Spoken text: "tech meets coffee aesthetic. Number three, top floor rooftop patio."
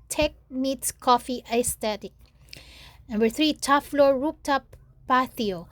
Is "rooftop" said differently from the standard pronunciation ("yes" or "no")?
yes